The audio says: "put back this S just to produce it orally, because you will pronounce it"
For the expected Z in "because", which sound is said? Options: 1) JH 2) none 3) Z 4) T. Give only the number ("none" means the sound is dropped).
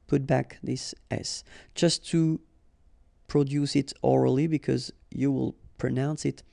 3